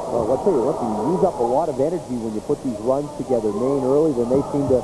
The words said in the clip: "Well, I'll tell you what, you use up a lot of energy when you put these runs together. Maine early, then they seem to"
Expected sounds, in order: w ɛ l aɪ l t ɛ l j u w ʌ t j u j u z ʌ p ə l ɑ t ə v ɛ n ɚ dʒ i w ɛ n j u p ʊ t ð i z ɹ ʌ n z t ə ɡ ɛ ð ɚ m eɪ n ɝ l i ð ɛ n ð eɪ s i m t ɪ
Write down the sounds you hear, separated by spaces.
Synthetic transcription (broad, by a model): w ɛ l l t ɛ l j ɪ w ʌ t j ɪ j u z ʌ p ə l ɑ t ə v ɛ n ɚ dʒ i w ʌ n j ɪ p ʊ t ð i z ɹ ʌ n z t ə ɡ ɛ ð ɚ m eɪ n ɝ l i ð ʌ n ð eɪ s i m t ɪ